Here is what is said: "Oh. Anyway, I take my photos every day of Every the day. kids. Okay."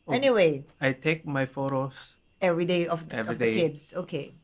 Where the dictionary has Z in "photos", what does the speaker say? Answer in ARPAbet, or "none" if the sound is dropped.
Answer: S